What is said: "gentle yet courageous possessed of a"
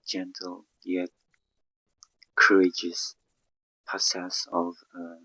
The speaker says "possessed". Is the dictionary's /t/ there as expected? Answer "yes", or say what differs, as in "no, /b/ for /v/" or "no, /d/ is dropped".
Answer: no, /t/ is dropped